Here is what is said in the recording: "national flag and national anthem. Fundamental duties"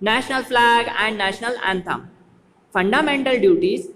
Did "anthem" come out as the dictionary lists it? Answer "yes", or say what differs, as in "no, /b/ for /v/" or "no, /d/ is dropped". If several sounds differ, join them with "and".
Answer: no, /t/ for /θ/